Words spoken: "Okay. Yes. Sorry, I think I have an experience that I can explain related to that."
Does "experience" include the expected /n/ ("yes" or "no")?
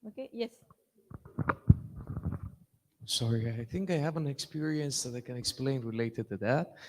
yes